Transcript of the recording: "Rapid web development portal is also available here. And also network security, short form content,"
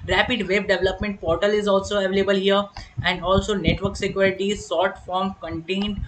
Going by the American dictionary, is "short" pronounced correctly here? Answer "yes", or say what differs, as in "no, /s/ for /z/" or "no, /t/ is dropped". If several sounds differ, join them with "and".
no, /s/ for /ʃ/